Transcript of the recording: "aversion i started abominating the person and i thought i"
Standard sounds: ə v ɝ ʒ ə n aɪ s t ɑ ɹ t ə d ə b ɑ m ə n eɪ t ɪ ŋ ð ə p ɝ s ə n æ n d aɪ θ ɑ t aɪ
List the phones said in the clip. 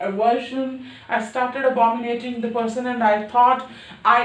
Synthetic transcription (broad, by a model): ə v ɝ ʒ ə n aɪ s t ɑ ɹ t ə d ə b ɑ m ə n eɪ t ɪ ŋ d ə p ɝ s ə n æ n d aɪ t ɑ t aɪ